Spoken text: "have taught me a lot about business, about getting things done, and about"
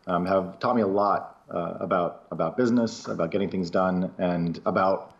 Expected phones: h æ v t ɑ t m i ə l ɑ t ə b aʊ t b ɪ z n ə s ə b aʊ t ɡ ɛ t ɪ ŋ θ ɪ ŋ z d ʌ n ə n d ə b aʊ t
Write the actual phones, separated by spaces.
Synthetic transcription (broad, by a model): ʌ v t ɑ t m i ə l ɑ t ə b aʊ t b ɪ z n ə s ə b aʊ t ɡ ɛ t ɪ ŋ θ ɪ ŋ z d ʌ n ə n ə b aʊ t